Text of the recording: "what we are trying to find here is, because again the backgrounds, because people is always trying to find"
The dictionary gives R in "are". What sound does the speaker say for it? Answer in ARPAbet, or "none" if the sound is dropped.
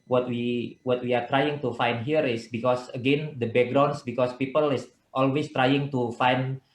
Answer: W